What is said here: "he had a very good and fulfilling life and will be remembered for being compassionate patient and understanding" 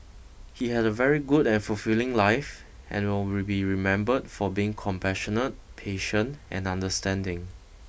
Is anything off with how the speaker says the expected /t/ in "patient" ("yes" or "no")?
no